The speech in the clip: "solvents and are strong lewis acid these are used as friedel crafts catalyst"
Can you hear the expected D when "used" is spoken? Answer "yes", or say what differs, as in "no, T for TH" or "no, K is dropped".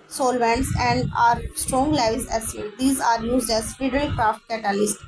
yes